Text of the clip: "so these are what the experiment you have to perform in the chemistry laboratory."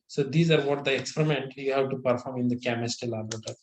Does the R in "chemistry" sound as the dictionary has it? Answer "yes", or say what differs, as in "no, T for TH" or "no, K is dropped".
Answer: no, R is dropped